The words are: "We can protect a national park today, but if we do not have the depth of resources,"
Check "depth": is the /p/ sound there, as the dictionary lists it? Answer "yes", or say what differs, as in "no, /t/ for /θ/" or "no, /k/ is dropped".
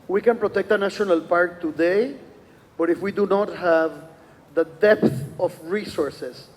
yes